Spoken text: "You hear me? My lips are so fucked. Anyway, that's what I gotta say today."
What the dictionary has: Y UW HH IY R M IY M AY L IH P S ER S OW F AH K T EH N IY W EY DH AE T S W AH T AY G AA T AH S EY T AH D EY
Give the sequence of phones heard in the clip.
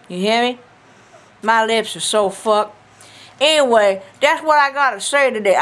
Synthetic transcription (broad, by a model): Y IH HH IY R M IY M AY L IH P S ER S OW F AH K EH N IY W EY DH AE T S W AH T AY G AA T AH S EY T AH D EY